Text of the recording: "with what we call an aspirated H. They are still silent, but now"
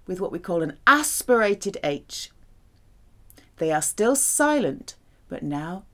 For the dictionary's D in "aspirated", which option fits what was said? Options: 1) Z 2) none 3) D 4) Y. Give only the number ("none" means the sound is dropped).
3